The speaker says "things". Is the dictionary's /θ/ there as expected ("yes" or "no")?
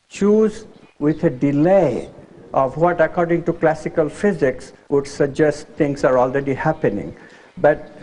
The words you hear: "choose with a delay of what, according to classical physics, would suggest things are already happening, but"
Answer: no